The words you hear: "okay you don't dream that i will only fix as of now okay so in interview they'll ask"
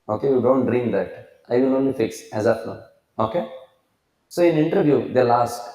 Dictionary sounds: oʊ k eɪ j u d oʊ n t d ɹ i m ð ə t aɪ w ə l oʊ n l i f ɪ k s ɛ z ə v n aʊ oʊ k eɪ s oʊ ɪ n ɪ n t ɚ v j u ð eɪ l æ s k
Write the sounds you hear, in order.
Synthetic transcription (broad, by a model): oʊ k eɪ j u d oʊ n t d ɹ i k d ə t aɪ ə n oʊ n l i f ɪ k s ɛ z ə p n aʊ oʊ k eɪ s oʊ ɪ n ɪ n t ɚ v j u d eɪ l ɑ s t